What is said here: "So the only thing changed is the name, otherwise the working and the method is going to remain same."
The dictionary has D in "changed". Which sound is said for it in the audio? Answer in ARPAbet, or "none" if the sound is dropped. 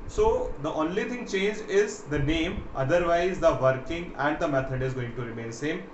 none